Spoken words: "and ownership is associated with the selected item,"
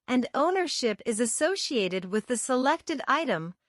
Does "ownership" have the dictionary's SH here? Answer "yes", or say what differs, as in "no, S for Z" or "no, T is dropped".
yes